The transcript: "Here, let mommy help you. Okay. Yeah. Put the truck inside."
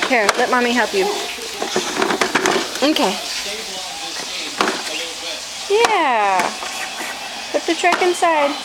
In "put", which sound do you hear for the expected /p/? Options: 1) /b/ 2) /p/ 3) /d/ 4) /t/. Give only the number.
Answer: 1